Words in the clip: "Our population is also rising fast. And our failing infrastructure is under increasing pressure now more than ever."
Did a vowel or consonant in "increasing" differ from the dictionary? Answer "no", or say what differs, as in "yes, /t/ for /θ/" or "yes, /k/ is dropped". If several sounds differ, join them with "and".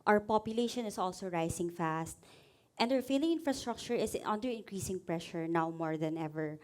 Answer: no